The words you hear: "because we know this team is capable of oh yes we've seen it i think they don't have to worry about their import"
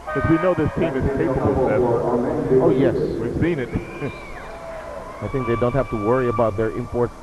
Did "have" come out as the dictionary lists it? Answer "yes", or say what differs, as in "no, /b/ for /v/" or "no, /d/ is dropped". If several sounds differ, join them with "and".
no, /f/ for /v/